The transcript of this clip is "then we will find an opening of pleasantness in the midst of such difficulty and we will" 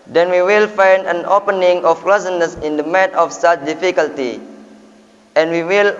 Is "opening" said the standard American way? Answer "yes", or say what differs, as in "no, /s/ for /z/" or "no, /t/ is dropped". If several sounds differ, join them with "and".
yes